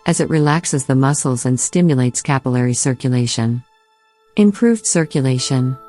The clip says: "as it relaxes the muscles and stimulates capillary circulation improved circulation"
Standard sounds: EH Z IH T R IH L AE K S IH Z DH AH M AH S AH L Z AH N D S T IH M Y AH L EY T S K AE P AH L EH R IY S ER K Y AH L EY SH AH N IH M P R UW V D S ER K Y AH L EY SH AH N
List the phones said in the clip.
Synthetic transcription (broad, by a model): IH Z IH T R IH L AE K S IH Z DH AH M AH S L Z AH N S T IH M Y AH L EY T S K AE P AH L EH R IY S ER K Y AH L EY SH AH N IH M P R UW V D S ER K Y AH L EY SH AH N